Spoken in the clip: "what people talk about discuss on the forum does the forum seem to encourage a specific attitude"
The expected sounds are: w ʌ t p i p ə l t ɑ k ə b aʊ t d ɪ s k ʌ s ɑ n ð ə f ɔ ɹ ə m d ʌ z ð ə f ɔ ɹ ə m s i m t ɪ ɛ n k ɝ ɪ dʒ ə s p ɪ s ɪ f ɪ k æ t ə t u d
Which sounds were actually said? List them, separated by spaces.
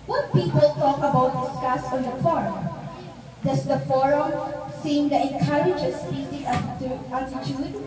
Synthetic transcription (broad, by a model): w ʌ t p i p ə l t ɑ k ə b aʊ t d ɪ s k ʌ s ɑ n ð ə f ɔ ɹ ə m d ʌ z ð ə f ɔ ɹ ə m s i m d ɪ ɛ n k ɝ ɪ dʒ ə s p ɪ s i ɪ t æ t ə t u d